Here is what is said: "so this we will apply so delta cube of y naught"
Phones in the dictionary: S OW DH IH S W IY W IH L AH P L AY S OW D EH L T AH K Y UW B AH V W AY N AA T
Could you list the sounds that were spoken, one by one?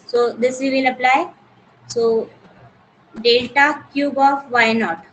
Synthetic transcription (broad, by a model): S OW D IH S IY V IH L AH P L AY S OW D EH L T AH K Y UW B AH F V AY N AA T